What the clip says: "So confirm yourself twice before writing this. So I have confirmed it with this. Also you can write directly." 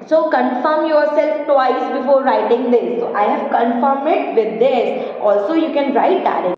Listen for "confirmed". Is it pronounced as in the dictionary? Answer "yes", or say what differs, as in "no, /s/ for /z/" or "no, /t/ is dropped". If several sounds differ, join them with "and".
no, /d/ is dropped